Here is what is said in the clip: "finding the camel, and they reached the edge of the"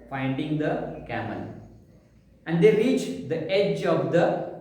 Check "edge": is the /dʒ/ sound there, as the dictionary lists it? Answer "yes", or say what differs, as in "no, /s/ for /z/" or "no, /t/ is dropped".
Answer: yes